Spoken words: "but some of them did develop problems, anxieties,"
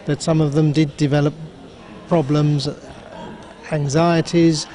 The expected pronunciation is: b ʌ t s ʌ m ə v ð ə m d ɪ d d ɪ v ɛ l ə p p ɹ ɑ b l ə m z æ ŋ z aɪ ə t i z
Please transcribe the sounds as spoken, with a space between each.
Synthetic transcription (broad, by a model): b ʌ t s ʌ m ə v ð ə m d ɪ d d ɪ v ɛ l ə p p ɹ ɑ b l ə m z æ ŋ z aɪ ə t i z